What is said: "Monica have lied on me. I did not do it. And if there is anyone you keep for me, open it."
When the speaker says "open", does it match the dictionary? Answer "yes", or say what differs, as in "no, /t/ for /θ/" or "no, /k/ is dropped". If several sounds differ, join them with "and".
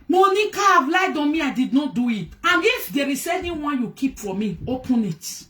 yes